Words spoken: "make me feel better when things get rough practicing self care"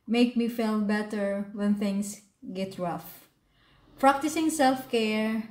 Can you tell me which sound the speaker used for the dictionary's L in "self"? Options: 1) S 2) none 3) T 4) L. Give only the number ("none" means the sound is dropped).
4